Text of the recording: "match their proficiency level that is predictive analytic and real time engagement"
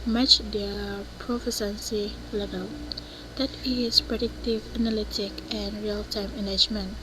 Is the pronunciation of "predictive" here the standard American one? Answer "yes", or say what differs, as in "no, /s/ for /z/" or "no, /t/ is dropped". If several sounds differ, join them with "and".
yes